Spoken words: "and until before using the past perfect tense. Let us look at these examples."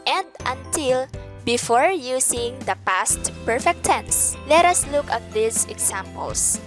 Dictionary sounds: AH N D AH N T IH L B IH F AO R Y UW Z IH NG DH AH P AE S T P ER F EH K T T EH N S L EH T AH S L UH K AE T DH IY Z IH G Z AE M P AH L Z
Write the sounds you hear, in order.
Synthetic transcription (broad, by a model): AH N D AH N T IH L B IH F AO R Y UW S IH NG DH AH P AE S T P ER F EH K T T EH N S L EH T AH S L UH K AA T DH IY S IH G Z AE M P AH L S